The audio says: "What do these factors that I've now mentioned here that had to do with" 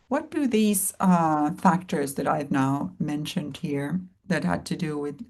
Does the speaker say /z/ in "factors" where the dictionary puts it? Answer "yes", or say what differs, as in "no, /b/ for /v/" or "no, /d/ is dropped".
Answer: yes